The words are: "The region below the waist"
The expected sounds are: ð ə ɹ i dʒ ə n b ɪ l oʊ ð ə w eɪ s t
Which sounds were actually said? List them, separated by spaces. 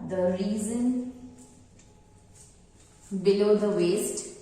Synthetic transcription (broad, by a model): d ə ɹ i z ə n b ɪ l oʊ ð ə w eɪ s t